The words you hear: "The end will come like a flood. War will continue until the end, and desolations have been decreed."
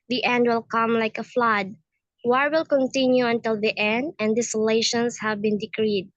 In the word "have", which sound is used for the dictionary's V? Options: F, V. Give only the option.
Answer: V